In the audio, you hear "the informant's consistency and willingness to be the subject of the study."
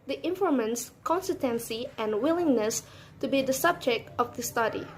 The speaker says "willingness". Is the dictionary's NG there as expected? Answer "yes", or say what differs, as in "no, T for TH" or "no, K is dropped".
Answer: yes